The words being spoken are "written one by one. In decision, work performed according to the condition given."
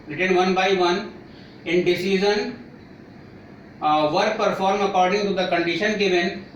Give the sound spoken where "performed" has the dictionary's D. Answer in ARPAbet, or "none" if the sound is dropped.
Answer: none